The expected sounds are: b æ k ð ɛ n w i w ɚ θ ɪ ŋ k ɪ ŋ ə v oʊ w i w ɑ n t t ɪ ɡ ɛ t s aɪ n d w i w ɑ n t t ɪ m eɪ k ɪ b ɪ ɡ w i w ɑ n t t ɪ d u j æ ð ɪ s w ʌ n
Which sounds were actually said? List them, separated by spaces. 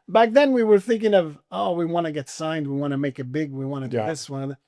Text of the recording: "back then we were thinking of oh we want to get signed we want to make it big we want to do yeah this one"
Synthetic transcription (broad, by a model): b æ k ð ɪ n w i w ɚ θ ɪ ŋ k ɪ ŋ ə v oʊ w i w ɑ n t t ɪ ɡ ɛ t s aɪ n d w i w ɑ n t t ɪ m eɪ k ɪ b ɪ ɡ w i w ɑ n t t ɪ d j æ ð ɪ s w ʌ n